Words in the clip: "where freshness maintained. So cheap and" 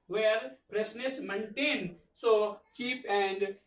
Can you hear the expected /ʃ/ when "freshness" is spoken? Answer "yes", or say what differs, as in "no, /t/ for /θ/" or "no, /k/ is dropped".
no, /s/ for /ʃ/